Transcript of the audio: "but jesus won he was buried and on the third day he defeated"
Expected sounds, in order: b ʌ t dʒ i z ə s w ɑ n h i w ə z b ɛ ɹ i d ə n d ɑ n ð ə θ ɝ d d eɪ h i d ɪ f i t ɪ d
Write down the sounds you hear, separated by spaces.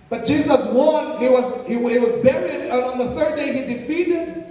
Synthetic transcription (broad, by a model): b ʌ t dʒ i z ə s w ɑ n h i w ə z b ɛ ɹ i d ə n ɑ n ð ə θ ɝ d d eɪ h i d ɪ f i t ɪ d